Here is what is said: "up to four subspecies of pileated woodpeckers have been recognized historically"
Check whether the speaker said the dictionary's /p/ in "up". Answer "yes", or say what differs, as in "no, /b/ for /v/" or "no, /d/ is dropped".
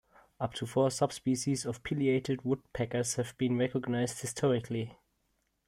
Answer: yes